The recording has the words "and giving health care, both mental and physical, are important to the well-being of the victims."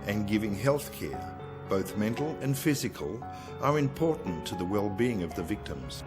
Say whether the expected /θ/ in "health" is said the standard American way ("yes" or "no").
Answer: yes